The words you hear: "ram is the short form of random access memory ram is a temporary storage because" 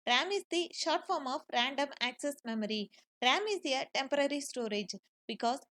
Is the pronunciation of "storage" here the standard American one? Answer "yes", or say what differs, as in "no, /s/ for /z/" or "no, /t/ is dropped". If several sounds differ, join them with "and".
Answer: yes